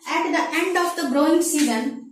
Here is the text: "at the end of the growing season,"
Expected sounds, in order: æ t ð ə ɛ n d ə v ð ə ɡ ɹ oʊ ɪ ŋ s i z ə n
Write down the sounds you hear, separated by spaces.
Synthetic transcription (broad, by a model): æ t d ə ɛ n d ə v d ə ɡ ɹ oʊ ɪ ŋ s i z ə n